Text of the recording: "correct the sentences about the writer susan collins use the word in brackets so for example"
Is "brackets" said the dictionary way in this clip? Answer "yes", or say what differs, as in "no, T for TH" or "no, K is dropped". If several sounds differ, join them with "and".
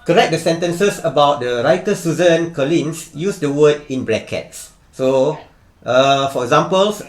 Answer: no, L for R